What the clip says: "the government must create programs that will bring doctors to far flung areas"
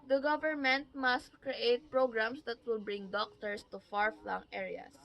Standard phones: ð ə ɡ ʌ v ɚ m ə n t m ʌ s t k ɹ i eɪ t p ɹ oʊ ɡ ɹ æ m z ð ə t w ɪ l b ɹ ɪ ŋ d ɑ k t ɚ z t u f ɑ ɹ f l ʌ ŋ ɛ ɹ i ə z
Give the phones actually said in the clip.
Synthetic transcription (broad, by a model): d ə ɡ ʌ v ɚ m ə n t m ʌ s t k ɹ i eɪ t p ɹ oʊ ɡ ɹ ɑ m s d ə t w ɪ l b ɹ ɪ ŋ d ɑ k t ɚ s t u f ɑ ɹ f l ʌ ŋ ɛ ɹ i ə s